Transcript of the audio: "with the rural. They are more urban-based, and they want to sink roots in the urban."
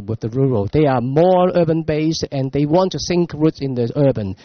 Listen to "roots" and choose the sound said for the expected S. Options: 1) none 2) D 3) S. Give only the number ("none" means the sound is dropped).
3